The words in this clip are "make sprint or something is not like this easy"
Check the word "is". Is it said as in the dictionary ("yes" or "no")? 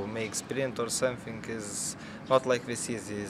yes